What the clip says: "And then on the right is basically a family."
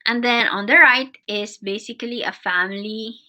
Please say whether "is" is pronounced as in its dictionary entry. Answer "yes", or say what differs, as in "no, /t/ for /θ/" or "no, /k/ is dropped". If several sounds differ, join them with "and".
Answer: no, /s/ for /z/